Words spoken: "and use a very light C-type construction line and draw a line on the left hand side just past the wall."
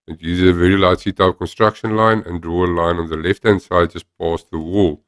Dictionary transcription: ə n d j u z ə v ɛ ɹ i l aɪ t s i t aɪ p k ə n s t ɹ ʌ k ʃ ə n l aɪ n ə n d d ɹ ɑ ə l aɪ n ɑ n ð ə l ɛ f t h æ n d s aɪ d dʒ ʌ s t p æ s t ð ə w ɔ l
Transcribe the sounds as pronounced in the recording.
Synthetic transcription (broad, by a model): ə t j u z ə v ɛ ɹ i l aɪ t s i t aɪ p k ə n s t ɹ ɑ k ʃ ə n l aɪ n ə n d d ɹ ɑ ə l aɪ n ɑ n ð ə l ɛ f t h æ n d s aɪ d dʒ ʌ s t p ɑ s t ð ə w ɔ l